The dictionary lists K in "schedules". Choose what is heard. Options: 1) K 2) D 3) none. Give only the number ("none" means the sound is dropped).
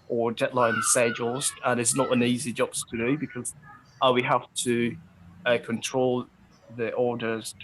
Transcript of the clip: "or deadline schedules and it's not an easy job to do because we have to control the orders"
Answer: 3